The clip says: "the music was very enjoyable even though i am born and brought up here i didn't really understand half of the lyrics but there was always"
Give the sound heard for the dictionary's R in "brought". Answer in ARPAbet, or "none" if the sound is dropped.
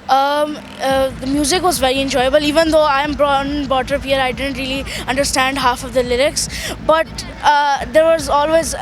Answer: none